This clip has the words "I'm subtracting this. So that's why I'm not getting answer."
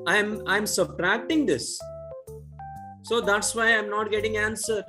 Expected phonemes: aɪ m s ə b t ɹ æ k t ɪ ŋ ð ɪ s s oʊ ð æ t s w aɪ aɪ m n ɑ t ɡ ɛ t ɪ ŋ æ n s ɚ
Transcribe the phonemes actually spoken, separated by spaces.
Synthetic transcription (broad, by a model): aɪ m s ə b t ɹ æ k t ɪ ŋ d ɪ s s oʊ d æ t s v aɪ aɪ m n ɑ t ɡ ɛ t ɪ ŋ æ n s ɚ